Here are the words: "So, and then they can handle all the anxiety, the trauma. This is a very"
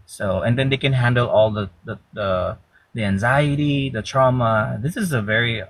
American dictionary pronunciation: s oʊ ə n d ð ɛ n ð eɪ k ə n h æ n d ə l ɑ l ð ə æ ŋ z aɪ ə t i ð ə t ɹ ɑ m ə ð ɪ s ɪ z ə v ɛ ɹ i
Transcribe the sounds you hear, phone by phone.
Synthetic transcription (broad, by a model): s oʊ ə n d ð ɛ n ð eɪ k ə n h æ n d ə l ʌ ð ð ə æ ŋ z aɪ ə t i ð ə t ɹ ɑ m ə ð ɪ s ɪ z ə v ɛ ɹ i